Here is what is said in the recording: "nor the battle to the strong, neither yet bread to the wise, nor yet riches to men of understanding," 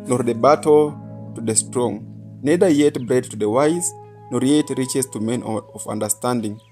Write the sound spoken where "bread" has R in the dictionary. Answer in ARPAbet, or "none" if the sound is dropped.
R